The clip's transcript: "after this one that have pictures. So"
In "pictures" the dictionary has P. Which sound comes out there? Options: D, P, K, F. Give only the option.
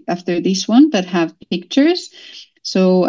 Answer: P